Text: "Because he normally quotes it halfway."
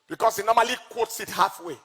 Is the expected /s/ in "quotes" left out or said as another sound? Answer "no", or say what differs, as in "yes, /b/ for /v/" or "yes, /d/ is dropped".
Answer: no